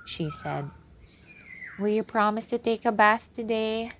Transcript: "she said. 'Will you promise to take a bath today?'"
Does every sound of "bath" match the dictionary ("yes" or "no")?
yes